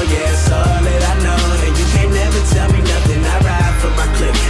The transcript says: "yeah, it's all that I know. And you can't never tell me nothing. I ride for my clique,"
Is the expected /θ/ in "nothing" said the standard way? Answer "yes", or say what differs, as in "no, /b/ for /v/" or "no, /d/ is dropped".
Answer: yes